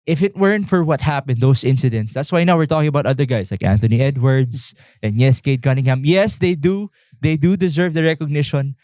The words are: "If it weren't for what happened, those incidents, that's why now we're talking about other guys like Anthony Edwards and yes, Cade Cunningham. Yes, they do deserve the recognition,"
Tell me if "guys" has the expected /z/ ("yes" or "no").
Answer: no